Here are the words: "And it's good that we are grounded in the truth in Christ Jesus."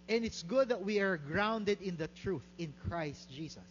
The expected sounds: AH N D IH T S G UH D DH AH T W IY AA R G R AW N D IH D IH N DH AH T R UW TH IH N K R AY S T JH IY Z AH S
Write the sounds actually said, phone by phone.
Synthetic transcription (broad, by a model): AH N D IH T S G UH D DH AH T W IY AA R G R AW N D IH D IH N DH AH T R UW TH IH N K R AY S T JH IY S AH S